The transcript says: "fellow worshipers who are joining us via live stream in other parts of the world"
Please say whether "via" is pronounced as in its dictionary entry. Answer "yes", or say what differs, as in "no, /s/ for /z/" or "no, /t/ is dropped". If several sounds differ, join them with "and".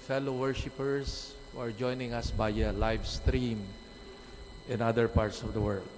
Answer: no, /b/ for /v/